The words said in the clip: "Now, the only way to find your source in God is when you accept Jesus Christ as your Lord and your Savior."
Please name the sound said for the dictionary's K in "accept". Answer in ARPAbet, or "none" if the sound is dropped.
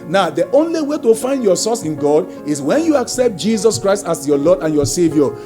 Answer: K